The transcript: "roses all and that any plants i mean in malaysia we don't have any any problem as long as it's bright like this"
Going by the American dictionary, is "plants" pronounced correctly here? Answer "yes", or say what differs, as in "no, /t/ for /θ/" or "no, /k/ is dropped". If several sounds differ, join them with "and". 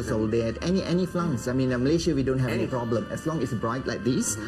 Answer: no, /f/ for /p/